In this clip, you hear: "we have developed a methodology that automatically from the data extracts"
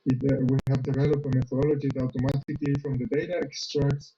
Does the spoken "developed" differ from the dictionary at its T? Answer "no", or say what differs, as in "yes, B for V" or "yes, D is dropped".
yes, T is dropped